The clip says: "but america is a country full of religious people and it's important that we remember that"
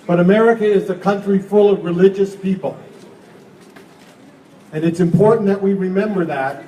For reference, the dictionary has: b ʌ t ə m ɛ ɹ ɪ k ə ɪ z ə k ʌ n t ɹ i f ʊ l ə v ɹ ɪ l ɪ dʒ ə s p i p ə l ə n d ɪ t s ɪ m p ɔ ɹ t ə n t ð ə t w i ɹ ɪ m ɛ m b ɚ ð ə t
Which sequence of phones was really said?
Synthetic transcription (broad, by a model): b ʌ t ə m ɛ ɹ ɪ k ə ɪ z ə k ʌ n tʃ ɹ i f ʊ l ə v ɹ ɪ l ɪ dʒ ə s p i p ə l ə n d ɪ t s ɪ m p ɔ ɹ t n ð ə t w i ɹ ɪ m ɛ m b ɚ ð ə t